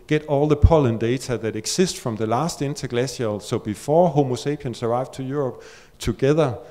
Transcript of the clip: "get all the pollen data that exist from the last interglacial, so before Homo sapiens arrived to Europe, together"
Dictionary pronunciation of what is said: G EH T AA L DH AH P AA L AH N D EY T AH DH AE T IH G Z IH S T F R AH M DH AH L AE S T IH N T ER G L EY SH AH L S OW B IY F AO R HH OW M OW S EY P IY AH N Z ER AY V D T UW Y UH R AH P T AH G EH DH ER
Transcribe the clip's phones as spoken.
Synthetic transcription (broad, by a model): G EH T AA L DH AH P AA L AH N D EY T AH DH AE T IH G S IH S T F R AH M DH AH L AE S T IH N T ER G L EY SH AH L S OW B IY F AO HH OW M OW S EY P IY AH N S ER AY V D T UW Y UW R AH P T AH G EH DH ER